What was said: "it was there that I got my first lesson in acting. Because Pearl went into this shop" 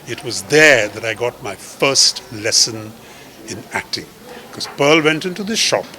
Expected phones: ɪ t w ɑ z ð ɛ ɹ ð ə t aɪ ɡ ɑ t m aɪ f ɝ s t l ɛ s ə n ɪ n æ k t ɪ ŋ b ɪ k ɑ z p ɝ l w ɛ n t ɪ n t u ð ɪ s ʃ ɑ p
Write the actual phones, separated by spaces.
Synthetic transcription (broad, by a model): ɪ t w ɑ z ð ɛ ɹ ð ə t aɪ ɡ ɑ t m aɪ f ɝ s t l ɛ s ə n ɪ n æ k t ɪ ŋ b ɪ k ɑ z p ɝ l w ɛ n t ɪ n t u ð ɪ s ʃ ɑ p